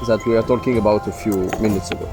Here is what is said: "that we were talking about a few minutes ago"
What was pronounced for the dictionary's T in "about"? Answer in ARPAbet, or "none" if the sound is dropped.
T